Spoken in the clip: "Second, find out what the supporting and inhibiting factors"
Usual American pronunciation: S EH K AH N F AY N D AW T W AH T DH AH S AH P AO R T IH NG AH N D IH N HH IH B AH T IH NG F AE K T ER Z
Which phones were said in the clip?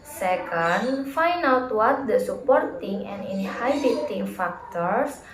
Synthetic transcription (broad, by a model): S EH K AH N F AY N AW T W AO T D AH S AH P AO R T IH NG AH N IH N HH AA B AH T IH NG F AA K T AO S